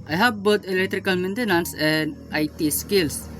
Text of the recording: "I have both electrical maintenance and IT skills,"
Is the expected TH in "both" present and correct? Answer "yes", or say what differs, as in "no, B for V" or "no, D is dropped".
no, T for TH